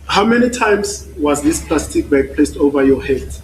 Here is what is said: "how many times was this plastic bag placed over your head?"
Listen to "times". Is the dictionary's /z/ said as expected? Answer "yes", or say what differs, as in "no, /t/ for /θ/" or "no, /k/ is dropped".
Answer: no, /s/ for /z/